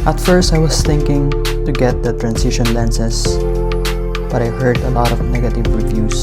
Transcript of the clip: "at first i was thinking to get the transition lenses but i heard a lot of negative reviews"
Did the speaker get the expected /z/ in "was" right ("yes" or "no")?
no